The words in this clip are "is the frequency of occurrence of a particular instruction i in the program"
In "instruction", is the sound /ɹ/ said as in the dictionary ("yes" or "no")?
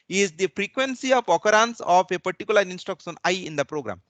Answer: no